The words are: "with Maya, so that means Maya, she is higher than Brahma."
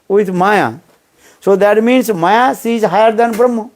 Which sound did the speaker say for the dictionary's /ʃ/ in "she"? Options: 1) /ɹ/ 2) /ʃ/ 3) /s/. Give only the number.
3